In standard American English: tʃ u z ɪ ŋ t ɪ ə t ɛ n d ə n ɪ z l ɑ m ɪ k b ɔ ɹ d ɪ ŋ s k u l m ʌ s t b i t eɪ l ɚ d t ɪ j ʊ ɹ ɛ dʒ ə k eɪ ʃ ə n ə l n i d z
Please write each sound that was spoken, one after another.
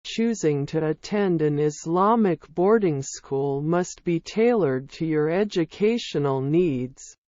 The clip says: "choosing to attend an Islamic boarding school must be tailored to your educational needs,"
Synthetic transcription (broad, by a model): tʃ u z ɪ ŋ t ɪ ə t ɛ n d ə n ɪ z l ɑ m ɪ k b ɔ ɹ d ɪ ŋ s k u l m ʌ s t b i t eɪ l ɚ d t ɪ j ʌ ɹ ɛ dʒ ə k eɪ ʃ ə n l n i d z